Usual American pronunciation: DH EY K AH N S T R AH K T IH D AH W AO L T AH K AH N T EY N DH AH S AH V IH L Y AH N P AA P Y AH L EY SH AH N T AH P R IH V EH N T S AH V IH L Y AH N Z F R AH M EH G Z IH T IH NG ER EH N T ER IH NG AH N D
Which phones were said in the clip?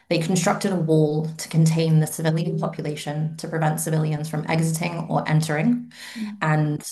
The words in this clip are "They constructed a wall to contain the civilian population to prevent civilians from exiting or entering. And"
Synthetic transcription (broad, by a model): DH EY K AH N S T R AH K T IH D AH W AO L T AH K AH N T EY N DH AH S AH V IH L Y AH N P AA P Y AH L EY SH AH N T AH P R IH V EH N T S AH V IH L Y AH N Z F R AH M EH G Z IH T IH NG ER EH N T ER IH NG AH N